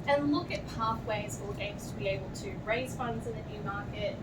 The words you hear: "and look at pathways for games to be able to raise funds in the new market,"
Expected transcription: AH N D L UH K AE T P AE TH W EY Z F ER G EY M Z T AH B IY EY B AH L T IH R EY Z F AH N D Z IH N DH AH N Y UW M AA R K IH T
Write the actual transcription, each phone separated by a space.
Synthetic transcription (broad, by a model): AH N L UH K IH T P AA TH W EY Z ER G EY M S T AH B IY EY B AH L T IH R EY Z F AH N D Z IH N DH AH N Y UW M AA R K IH T